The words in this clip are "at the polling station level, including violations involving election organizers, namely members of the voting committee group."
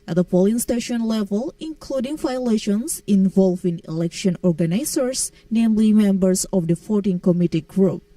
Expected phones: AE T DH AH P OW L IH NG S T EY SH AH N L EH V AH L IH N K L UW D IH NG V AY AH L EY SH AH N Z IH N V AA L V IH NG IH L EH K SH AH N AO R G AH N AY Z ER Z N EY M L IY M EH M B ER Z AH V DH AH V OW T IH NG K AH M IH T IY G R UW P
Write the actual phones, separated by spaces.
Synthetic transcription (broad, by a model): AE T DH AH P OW L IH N S T EY SH AH N L EH V AH L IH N K L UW D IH NG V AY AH L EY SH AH N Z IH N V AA L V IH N IH L EH K SH AH N AO R G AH N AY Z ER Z N EY M L IY M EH M B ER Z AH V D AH F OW T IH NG K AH M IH T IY G R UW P